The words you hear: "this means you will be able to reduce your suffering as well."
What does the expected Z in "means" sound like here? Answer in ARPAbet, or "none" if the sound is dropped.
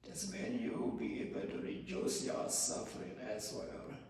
none